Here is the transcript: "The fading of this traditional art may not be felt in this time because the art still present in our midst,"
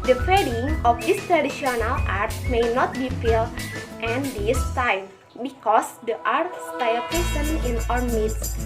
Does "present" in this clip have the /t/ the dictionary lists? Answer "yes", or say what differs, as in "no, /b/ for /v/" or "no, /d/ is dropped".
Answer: no, /t/ is dropped